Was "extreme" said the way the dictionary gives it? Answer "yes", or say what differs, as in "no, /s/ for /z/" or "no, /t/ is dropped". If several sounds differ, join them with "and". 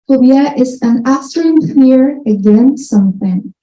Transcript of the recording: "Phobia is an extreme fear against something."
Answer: no, /k/ is dropped